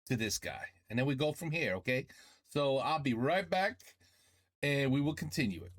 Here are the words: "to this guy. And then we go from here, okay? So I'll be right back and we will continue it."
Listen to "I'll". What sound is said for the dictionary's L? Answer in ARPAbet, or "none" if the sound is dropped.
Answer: L